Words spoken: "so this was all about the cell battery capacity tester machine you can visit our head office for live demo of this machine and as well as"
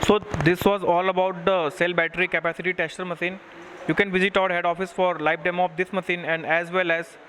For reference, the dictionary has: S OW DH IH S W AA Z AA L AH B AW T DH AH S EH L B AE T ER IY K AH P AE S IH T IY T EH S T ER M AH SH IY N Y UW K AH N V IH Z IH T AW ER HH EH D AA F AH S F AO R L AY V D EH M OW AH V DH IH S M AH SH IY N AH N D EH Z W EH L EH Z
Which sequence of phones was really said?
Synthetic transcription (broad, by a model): S OW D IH S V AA Z AA L AH B AW T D AH S EH L B AE T ER IY K AH P AE S IH T IY T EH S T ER M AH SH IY N Y UW K AH N V IH Z IH T AW ER HH EH D AA F AH S F AO R L AY P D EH M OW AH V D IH S M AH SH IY N AH N D EH Z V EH L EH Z